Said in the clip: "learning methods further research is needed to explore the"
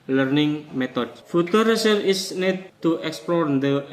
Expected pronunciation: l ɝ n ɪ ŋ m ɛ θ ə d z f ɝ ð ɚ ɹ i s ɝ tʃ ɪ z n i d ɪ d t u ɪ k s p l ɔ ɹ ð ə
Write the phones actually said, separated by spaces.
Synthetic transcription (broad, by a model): l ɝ n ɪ ŋ m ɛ t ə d f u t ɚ ɹ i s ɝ ɪ s n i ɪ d t u ɪ k s p l ɔ ɹ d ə